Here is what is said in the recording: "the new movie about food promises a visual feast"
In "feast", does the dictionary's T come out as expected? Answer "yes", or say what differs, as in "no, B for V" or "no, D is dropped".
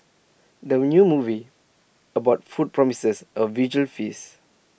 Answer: no, T is dropped